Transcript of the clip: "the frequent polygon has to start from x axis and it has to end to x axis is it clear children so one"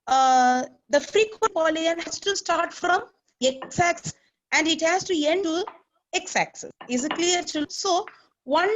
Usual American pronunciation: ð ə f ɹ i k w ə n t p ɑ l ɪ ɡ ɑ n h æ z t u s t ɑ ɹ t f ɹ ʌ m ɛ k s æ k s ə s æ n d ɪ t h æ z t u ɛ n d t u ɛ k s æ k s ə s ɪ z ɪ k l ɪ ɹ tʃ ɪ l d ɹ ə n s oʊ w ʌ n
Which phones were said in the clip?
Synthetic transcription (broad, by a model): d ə f ɹ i k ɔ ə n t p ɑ l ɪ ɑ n h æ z t u s t ɑ ɹ t f ɹ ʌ m ɛ k s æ k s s æ n d ɪ t h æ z t u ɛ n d t u ɛ k s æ k s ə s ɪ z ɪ k l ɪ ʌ d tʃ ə l s oʊ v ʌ n